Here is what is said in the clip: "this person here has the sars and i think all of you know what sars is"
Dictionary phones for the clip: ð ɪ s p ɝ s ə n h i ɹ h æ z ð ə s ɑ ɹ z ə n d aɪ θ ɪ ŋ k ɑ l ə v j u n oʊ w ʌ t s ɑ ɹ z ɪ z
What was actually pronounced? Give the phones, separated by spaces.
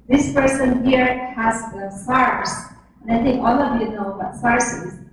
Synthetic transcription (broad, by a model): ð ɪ s p ɝ s ə n h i ɹ h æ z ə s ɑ ɹ s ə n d aɪ t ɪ ŋ k ɑ l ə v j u n oʊ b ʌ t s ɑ ɹ s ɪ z